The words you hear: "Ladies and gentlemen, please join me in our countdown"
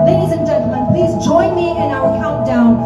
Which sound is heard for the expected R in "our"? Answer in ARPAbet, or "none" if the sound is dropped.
L